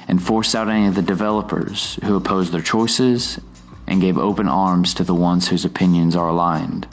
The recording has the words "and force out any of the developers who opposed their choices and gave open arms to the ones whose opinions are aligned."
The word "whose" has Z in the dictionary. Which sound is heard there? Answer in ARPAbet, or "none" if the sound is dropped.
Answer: Z